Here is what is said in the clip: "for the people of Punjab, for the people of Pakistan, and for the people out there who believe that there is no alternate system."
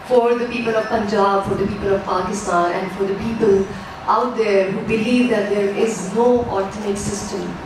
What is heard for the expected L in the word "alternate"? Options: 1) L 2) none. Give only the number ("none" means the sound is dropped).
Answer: 2